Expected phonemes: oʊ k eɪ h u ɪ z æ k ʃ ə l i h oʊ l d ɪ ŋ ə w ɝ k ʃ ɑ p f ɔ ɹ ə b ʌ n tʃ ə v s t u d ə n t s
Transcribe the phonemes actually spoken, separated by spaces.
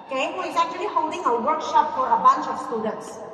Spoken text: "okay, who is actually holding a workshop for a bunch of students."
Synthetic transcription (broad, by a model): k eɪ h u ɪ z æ k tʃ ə l i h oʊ d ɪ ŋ ə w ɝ k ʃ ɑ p f ɔ ɹ ə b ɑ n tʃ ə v s t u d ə n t s